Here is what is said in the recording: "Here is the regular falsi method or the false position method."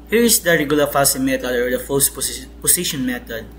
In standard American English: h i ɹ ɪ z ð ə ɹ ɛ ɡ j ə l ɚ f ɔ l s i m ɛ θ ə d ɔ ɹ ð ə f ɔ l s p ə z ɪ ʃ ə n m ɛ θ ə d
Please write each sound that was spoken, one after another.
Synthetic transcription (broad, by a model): h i ɹ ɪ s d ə ɹ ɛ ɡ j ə l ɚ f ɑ s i m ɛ t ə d ɔ ɹ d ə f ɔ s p p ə s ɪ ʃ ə n m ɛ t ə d